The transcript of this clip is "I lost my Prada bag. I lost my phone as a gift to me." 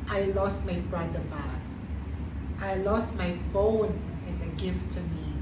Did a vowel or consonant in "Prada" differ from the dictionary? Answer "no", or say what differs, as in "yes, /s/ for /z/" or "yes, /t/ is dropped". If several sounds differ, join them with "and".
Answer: yes, /b/ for /p/